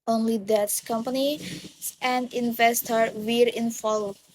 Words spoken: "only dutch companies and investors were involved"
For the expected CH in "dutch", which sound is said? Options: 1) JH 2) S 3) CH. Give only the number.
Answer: 2